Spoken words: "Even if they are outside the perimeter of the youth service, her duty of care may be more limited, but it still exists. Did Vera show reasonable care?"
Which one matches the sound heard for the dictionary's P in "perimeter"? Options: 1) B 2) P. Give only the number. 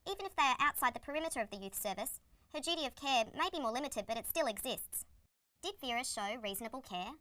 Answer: 2